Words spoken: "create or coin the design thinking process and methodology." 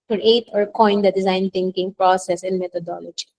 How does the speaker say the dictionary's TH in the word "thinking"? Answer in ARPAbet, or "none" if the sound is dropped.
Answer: T